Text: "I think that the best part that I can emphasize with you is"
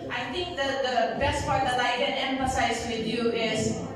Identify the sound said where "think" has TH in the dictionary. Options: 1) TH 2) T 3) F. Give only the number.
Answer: 2